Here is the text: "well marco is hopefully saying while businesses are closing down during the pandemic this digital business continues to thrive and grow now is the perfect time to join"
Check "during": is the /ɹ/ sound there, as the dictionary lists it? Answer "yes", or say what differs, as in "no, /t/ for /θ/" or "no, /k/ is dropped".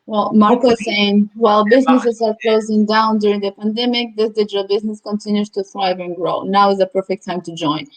yes